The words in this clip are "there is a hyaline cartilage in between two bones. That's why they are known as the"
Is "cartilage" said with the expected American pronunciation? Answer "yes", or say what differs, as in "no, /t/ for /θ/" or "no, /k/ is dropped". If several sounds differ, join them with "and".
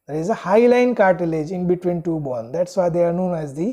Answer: yes